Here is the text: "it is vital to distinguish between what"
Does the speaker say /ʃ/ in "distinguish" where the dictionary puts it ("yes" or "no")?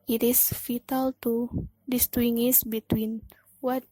no